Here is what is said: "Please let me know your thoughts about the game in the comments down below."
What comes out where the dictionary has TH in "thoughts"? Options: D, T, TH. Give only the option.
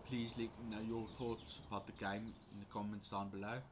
TH